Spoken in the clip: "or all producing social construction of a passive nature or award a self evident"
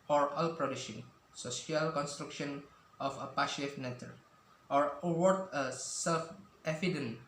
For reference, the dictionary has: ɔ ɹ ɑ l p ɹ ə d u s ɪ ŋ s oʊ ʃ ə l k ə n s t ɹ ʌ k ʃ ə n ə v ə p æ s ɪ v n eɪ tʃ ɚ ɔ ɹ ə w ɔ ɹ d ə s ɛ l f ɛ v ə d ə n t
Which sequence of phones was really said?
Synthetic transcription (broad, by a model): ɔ ɹ ɑ l p ɹ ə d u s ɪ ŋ s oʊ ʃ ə l k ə n s t ɹ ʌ k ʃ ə n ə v ə p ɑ ʃ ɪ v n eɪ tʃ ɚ ɔ ɹ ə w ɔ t ə s ɛ l f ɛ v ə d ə n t